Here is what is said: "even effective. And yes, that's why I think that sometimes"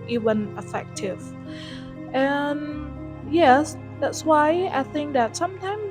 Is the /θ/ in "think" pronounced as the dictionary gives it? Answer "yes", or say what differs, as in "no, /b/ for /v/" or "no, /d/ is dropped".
yes